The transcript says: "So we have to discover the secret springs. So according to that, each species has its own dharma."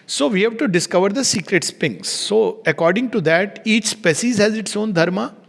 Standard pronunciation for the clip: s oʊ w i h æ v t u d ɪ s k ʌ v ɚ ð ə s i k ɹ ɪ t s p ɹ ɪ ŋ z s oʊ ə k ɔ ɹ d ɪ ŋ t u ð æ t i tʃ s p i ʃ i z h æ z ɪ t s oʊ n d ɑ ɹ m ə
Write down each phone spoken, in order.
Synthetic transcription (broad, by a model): s oʊ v i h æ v t u d ɪ s k ʌ v ɚ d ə s i k ɹ ɪ t s p ɪ ŋ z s oʊ ə k ɔ ɹ d ɪ ŋ t u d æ t i tʃ s p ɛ s i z h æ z ɪ t s oʊ n d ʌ ɹ m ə